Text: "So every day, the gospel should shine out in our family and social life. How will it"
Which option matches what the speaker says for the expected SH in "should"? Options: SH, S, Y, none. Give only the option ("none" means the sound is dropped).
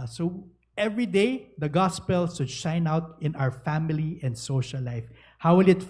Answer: S